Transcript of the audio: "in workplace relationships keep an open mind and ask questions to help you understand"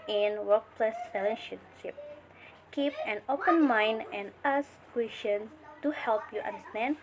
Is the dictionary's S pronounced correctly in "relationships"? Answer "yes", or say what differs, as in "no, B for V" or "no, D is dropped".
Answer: no, S is dropped